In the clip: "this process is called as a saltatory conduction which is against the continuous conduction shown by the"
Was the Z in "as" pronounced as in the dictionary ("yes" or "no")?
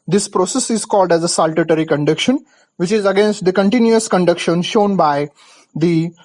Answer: yes